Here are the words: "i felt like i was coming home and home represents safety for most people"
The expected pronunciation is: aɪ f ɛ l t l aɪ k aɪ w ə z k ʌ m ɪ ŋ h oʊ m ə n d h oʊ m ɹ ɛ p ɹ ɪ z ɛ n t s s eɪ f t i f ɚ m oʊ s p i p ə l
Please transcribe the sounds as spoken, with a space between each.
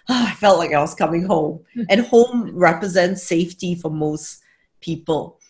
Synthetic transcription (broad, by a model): aɪ f ɛ l t l aɪ k aɪ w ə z k ʌ m ɪ ŋ h oʊ m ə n h oʊ m ɹ ɛ p ɹ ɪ z ɛ n t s s eɪ f t i f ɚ m oʊ s p i p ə l